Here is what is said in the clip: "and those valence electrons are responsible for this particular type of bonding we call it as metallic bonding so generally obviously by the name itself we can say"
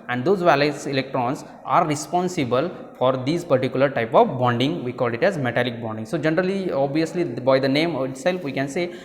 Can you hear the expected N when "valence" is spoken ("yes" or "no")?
no